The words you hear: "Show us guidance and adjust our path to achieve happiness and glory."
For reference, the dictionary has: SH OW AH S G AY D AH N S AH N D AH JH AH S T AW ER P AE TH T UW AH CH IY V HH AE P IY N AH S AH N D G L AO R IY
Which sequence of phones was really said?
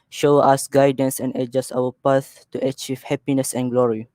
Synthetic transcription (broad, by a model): SH OW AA S G AY D AH N S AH N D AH JH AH S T AW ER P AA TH T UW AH CH IY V HH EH P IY N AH S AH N G L AO R IY